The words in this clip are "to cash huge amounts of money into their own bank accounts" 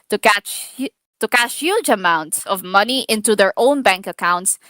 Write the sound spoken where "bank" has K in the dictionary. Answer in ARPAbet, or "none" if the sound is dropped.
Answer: K